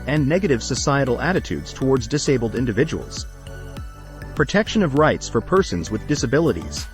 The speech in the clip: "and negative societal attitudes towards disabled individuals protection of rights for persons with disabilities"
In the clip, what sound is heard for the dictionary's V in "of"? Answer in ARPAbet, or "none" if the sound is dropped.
V